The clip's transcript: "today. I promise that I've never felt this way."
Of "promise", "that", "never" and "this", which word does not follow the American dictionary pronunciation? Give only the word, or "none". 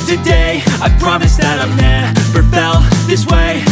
never